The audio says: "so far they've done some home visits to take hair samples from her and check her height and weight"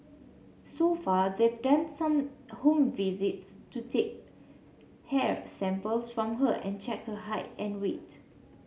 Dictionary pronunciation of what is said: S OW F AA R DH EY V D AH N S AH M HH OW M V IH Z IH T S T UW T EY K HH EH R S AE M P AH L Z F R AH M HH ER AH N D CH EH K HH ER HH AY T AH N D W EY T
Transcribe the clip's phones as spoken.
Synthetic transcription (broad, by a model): S OW F AA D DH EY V D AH N S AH M HH OW M V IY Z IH T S T UW T EY K HH EH R S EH M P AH L S F R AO M HH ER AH N CH EH K HH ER HH AY T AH N W EY T